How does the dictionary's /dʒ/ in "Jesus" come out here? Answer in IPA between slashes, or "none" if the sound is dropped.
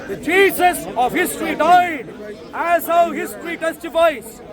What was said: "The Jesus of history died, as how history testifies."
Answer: /tʃ/